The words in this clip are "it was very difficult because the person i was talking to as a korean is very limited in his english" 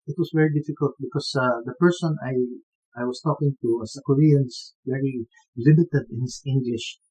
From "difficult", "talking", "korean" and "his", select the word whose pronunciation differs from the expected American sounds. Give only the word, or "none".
his